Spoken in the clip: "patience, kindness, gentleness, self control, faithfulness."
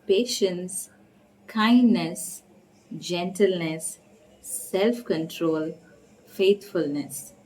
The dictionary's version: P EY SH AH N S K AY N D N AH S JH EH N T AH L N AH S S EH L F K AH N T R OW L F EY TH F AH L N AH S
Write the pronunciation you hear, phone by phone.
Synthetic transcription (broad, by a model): P EY SH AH N S K AY N D N AH S JH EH N T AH L N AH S S EH L F K AH N T R OW L F EY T F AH L N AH S